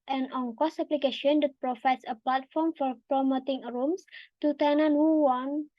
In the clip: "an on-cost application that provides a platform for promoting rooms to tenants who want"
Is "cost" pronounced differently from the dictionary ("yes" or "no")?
yes